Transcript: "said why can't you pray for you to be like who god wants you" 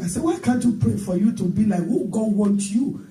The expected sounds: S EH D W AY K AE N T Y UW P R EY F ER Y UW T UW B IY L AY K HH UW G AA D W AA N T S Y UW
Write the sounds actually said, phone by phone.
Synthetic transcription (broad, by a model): S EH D W AY K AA N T Y UW P R EY F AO Y UW T UW B IY L AY K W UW G AA D W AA N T Y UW